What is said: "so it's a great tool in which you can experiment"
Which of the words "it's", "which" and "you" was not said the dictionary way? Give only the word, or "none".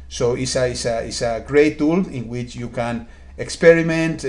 it's